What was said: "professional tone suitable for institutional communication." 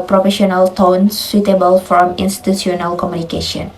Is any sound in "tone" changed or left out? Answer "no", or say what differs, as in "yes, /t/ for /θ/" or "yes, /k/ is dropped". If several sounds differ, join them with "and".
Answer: no